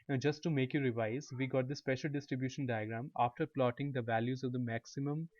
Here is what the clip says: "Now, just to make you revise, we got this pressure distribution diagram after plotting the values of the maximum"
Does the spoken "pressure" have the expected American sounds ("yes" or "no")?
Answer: no